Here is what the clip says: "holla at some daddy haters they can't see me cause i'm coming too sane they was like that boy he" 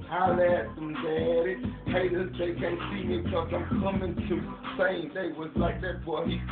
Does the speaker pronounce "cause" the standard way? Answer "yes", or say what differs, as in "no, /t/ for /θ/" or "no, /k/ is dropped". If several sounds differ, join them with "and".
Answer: no, /s/ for /z/